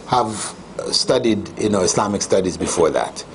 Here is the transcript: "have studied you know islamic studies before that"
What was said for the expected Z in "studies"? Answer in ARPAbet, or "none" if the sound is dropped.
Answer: Z